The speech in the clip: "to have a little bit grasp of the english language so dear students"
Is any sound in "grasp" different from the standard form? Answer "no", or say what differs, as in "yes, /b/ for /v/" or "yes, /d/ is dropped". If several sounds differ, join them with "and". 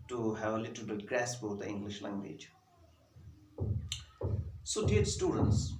yes, /b/ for /p/